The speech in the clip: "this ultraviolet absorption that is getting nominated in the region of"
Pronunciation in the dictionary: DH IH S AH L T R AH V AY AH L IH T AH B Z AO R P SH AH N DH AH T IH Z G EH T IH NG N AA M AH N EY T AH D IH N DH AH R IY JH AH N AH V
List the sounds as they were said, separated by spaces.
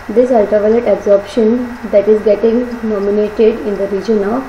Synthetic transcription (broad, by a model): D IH S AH L T AH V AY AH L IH T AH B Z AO R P SH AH N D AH T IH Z G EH T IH NG N AA M AH N EY T AH D IH N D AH R IY JH AH N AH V